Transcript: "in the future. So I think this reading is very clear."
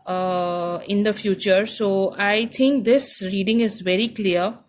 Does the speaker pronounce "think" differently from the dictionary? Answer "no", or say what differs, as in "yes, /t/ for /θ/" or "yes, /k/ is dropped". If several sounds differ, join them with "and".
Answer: yes, /t/ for /θ/